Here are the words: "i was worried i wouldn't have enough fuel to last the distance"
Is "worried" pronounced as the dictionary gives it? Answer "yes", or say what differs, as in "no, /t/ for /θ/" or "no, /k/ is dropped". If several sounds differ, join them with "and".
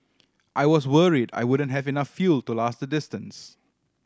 yes